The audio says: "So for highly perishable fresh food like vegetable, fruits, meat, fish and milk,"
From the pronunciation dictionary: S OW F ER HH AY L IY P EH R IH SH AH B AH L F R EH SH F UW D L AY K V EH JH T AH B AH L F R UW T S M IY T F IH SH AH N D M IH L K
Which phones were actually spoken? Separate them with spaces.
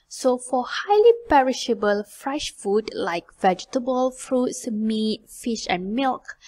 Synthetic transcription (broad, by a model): S OW F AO HH AY L IY P EH R IH SH AH B AH L F R EH SH F UW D L AY K V EH JH T AH B AH L F R UW T S M IY T F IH SH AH N M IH L K